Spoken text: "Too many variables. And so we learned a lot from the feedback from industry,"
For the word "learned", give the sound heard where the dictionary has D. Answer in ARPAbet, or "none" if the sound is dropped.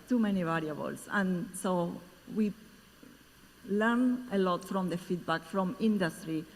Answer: none